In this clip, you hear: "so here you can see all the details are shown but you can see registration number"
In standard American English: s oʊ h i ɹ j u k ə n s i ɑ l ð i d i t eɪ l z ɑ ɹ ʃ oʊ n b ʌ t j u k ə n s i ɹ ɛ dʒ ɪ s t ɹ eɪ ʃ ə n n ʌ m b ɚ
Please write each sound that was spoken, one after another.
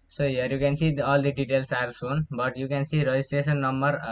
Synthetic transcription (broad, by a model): s oʊ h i ɹ j u k ə n s i ɑ l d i d i t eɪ l s ɑ ɹ s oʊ n b ʌ t j u k ə n s i ɹ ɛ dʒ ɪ s t ɹ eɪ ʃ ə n n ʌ m b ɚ